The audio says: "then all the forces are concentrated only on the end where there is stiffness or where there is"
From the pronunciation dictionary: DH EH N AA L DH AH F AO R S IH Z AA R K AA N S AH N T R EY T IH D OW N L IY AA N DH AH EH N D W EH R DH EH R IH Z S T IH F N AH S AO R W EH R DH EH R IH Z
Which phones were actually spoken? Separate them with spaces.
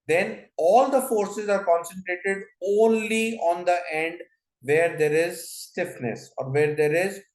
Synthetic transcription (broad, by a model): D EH N AA L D AH F AO R S IH Z AA R K AA N S AH N T R EY T IH D OW N L IY AA N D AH EH N D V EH R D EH R IH Z S T IH F N AH S AO R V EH R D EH R IH Z